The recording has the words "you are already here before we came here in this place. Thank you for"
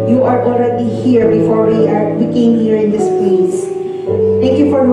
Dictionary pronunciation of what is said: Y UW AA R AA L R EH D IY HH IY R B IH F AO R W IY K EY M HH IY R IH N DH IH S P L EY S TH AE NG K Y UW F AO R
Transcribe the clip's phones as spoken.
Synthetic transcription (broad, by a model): Y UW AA R AA L R EH D IY HH IY R B IH F AO R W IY K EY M HH IY R IH N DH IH S P L EY S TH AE NG K Y UW F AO R